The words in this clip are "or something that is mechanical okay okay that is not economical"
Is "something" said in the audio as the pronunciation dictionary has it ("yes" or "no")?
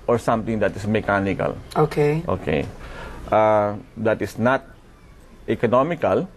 no